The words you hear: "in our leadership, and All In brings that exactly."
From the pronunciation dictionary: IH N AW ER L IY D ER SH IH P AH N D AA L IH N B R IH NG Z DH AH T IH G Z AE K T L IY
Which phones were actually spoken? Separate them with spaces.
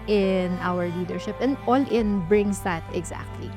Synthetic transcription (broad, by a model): IH N AW ER L IY D ER SH IH P AH N D AA L IH N B R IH NG S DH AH T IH G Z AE K T L IY